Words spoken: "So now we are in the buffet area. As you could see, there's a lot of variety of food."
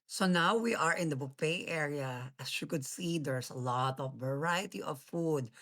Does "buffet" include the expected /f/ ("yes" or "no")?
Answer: no